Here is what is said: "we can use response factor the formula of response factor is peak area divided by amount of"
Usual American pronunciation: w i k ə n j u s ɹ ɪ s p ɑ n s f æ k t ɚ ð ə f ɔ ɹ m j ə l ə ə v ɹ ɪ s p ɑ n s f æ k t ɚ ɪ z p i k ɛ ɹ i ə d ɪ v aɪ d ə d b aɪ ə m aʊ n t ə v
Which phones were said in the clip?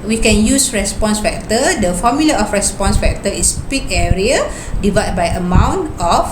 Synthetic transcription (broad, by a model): w i k ə n j u s ɹ ɪ s p ɑ n s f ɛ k t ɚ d ə f ɔ m j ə l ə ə f ɹ ɪ s p ɑ n s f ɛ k t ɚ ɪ s p i k ɛ ɹ i ə d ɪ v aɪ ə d b aɪ ə m aʊ n t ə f